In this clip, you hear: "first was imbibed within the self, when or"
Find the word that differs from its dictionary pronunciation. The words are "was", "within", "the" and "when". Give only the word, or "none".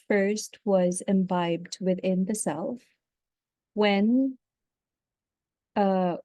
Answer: none